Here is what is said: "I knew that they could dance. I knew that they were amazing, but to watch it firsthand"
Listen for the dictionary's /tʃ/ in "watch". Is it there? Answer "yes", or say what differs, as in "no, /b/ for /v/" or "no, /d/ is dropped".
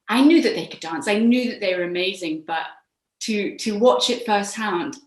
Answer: yes